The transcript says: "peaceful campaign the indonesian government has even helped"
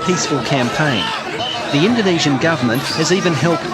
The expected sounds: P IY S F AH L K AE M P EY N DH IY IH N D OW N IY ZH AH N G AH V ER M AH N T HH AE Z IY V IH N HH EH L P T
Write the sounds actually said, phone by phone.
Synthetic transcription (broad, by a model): P IY S F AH L K AE M P EY N DH IY IH N D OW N IY ZH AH N G AH V ER M AH N T HH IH Z IY V IH N HH EH L P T